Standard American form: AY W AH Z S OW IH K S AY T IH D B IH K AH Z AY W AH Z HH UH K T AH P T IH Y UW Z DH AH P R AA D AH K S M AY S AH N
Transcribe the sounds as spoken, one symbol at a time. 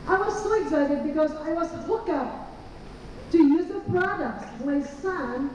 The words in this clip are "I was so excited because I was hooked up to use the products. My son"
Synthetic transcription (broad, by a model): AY W AH Z S OW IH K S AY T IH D B IH K AH Z AY W AH Z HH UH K AH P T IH Y UW Z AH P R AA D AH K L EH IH S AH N